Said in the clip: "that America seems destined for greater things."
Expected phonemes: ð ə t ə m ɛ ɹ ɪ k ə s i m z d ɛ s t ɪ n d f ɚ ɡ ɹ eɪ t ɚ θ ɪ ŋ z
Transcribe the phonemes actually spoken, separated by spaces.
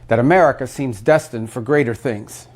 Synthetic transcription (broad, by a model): ð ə t ə m ɛ ɹ ɪ k ə s i m z d ɛ s t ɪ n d f ɚ ɡ ɹ eɪ t ɚ θ ɪ ŋ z